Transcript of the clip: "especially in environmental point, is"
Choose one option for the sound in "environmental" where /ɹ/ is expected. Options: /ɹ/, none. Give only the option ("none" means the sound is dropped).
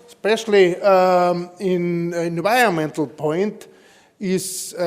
none